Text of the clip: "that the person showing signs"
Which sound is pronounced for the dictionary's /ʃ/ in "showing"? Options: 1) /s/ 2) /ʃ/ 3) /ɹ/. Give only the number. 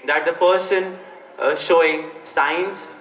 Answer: 2